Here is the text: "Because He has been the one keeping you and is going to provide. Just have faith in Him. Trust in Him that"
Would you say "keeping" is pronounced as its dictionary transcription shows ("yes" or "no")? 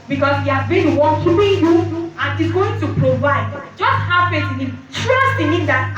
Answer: no